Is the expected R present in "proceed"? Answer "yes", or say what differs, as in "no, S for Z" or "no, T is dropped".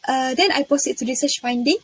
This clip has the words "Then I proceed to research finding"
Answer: no, R is dropped